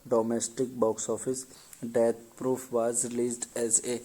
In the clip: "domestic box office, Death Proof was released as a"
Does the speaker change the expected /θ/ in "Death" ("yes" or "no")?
yes